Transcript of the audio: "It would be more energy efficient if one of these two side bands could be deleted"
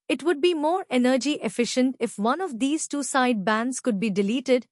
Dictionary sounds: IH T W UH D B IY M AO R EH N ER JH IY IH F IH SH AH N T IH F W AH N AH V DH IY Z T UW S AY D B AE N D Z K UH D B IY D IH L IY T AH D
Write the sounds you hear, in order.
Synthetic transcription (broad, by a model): IH T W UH D B IY M AO R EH N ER JH IY IH F IH SH AH N T IH F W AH N AH V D IY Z T UW S AY D B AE N D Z K UH D B IY D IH L IY T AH D